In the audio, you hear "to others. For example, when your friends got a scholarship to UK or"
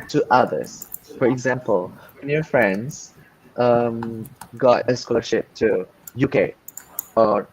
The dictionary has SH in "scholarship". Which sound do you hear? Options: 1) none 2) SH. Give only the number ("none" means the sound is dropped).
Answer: 2